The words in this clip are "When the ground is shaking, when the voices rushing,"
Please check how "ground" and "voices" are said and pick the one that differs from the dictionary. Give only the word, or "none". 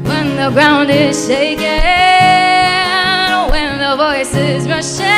none